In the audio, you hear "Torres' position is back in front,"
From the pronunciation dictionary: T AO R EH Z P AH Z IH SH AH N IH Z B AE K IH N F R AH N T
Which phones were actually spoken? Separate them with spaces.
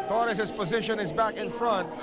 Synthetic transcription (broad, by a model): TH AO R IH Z P AH Z IH SH AH N IH Z B AE K IH N F R AH N T